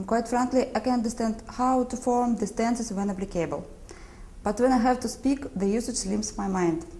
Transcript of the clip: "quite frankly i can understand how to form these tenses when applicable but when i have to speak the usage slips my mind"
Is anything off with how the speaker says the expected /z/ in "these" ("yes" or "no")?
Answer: yes